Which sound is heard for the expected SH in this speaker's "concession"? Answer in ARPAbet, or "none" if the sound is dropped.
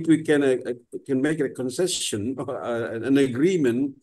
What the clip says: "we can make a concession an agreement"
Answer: S